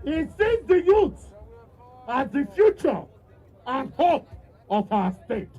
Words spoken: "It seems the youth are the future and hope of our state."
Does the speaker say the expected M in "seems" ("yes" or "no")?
no